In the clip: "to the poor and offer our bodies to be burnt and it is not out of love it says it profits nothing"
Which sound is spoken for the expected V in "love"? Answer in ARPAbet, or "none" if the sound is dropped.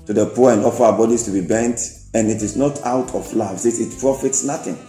none